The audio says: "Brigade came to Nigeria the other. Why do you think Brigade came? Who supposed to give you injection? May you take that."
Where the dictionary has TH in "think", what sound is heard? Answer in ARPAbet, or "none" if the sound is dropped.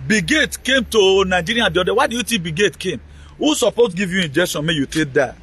T